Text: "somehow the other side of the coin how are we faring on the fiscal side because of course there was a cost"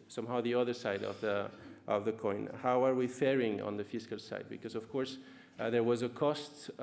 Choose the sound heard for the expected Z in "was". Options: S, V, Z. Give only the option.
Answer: Z